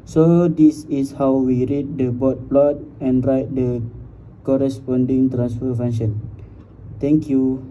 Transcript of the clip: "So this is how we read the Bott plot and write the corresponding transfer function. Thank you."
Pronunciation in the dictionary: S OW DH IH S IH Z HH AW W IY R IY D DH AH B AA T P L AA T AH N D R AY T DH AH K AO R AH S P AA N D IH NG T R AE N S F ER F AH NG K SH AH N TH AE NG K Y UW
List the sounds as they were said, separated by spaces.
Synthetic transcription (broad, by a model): S OW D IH S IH S HH AW W IY R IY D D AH B AA T P L AA T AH N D R AY T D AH K AO R AH S P AA N D IH NG T R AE N S F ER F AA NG SH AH N T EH NG K Y UW